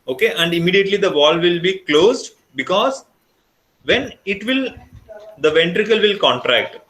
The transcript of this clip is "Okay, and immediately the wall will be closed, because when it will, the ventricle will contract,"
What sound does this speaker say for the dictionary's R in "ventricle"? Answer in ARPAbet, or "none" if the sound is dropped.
R